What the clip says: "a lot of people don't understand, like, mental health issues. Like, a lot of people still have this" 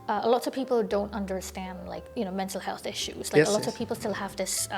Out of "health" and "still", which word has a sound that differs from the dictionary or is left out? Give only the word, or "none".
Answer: none